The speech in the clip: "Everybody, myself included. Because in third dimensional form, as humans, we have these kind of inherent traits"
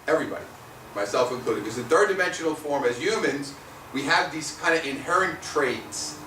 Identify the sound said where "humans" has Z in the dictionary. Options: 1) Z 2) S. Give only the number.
1